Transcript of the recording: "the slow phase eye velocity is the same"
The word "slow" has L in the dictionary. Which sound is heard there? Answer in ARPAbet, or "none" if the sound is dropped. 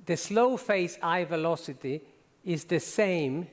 L